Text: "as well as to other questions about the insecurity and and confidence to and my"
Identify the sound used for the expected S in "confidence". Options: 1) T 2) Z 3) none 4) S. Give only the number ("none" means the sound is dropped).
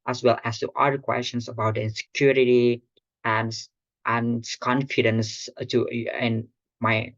4